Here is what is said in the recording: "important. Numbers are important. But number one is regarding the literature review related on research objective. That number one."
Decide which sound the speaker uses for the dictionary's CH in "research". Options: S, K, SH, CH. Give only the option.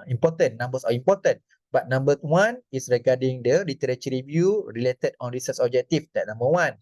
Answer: S